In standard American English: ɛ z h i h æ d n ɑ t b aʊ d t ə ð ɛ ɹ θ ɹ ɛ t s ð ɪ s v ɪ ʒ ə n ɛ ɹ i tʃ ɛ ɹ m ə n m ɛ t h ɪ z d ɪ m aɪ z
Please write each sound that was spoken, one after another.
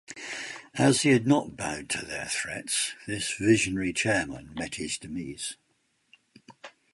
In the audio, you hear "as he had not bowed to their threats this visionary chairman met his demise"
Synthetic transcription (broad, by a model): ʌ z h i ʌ d n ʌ t b aʊ d t ə ð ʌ ɹ θ ɹ ɛ t s ð ɪ s v ɪ ʒ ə n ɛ ɹ i tʃ ɛ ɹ m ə n m ɛ t h ɪ z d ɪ m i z